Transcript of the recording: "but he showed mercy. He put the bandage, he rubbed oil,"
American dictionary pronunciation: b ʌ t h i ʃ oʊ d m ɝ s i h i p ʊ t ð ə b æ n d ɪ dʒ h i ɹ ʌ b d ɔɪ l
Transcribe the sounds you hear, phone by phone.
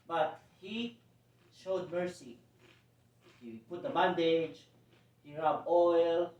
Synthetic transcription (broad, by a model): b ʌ t h i ʃ oʊ d m ɝ s i h i p ʊ t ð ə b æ n d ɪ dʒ h i ɹ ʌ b ɔɪ l